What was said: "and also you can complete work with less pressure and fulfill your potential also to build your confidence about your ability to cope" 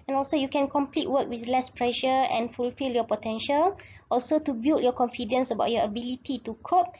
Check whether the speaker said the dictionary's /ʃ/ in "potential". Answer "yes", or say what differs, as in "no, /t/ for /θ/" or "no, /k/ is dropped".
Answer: yes